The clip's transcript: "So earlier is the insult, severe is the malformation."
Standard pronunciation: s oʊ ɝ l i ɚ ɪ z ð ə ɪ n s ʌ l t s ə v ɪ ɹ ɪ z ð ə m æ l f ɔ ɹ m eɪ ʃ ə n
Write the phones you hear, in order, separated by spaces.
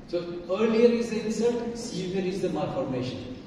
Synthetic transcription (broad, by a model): s oʊ ɝ l i ɚ ɪ z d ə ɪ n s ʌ t s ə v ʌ ɹ ɪ z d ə m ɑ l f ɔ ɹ m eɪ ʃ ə n